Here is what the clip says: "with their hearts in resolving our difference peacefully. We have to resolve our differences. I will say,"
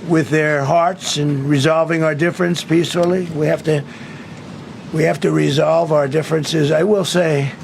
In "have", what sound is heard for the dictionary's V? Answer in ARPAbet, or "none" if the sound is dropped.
F